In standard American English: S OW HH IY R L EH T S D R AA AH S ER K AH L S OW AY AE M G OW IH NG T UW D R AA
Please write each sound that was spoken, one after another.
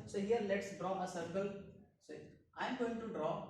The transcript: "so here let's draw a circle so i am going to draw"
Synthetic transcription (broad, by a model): S OW HH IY R L EH T S D R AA AH S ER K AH L S OW AY M G OW IH NG T UW D R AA